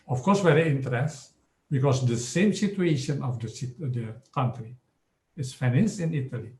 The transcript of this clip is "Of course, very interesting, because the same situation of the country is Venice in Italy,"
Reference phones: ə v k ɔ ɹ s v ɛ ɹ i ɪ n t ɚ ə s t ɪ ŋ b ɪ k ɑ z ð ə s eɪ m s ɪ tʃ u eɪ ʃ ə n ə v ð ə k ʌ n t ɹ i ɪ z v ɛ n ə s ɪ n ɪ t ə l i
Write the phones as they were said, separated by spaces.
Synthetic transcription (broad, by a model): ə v k ɔ ɹ s w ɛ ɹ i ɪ n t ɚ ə t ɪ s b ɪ k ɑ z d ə s eɪ m s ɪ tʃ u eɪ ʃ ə n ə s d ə k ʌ n t ɹ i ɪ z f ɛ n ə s ɪ n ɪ t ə l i